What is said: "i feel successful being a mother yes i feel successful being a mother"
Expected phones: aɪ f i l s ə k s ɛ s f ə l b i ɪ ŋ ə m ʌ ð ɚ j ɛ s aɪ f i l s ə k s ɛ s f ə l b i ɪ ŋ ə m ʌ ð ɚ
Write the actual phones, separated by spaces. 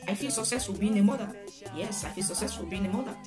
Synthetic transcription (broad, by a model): aɪ f i l s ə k s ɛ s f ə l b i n ə m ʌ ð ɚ j ɛ s aɪ f i l s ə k s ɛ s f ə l b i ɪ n ə m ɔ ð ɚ